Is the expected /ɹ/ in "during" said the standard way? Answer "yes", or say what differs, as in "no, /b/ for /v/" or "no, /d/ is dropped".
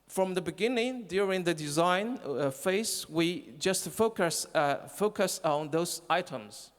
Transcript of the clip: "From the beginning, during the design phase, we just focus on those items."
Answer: yes